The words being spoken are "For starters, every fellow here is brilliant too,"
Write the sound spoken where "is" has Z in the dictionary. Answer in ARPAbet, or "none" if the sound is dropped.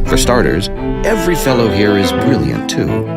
Z